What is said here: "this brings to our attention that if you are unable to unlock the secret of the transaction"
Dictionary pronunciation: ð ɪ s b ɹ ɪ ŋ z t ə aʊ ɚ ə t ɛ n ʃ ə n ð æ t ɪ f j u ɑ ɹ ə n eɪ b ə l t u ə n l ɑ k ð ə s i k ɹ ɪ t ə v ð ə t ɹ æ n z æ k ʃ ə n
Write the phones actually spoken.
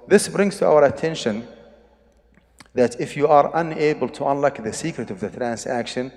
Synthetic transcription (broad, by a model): ð ɪ s b ɹ ɪ ŋ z t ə aʊ ɚ ə t ɛ n ʃ ə n ð æ t ɪ f j u ɑ ɹ ə n eɪ b ə l t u ə n l ɑ k ð ə s i k ɹ ɪ t ə v ð ə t ɹ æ n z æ k ʃ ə n